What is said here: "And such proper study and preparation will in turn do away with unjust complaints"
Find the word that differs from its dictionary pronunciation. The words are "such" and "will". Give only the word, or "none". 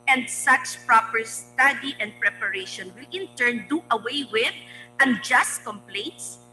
such